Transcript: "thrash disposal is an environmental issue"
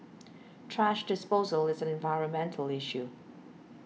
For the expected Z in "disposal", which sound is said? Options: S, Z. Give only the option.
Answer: Z